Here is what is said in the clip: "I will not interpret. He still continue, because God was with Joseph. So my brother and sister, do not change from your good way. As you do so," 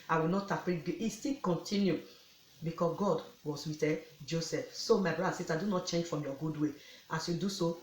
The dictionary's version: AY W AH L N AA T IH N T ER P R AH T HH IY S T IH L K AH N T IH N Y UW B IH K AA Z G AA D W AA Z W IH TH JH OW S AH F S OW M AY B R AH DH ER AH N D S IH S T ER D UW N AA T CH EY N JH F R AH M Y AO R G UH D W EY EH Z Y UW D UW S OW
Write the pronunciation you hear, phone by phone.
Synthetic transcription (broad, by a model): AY W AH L N AA T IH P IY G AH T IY S T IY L K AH N T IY N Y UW B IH K AA S G AA D W AA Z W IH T JH OW S AH F S OW M AY B R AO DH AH S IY S T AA D UW N AA T CH EY N JH F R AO M Y AO G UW D W EY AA S Y UW D UW S OW